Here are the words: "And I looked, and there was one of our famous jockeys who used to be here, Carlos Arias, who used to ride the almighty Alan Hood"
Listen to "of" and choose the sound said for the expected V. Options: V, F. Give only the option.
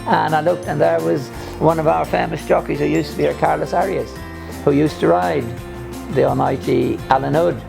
V